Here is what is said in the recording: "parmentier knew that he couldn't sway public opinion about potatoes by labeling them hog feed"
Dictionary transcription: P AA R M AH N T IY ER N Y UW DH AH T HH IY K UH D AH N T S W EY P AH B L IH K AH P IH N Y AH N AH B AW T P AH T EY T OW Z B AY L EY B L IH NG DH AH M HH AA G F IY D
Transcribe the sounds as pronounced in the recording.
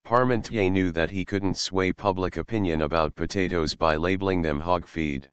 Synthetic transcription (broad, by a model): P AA R M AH N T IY N Y UW DH AH T HH IY K UH D N T S W EY P AH B L IH K AH P IH N Y AH N AH B AW T P AH T EY T OW Z B AY L EY B L IH NG DH AH M HH AA G F IY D